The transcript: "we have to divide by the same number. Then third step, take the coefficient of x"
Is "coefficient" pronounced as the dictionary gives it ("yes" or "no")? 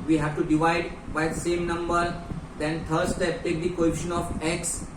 no